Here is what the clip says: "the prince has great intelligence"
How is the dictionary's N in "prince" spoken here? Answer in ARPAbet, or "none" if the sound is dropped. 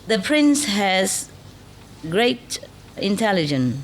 N